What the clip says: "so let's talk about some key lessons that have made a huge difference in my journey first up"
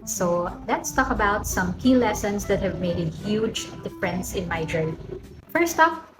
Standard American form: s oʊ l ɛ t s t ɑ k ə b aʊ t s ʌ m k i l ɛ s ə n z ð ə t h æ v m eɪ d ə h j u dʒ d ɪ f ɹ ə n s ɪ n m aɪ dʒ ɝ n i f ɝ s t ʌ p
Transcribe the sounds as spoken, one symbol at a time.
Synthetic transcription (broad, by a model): s oʊ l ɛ t s t ɑ k ə b aʊ t s ʌ m k i l ɛ s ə n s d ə t h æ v m eɪ d ə h j u dʒ d ɪ f ɹ ə n s ɪ n m aɪ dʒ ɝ i f ɝ s t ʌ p